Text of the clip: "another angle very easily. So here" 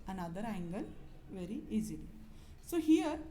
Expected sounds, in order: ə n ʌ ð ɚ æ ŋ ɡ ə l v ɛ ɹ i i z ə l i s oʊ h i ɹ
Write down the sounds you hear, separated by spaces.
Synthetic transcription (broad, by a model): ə n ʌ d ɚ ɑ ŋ ɡ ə n v ɛ ɹ i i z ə l i s oʊ h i ɹ